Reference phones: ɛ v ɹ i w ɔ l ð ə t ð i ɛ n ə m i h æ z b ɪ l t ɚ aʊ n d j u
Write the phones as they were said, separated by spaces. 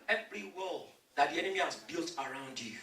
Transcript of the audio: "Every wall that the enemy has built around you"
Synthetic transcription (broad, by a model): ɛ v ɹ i w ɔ l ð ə t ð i ɛ n ə m i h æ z b ɪ l t ɚ aʊ n d j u